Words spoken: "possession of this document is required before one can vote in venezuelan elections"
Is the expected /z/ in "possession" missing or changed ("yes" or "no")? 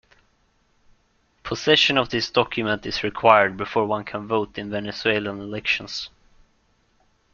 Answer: yes